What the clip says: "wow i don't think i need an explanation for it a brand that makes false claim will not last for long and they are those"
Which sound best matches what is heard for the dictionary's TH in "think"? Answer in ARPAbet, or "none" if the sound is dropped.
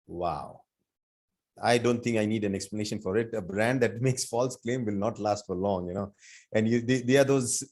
T